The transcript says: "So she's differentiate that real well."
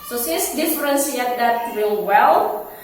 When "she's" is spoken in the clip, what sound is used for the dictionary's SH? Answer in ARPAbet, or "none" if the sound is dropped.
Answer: S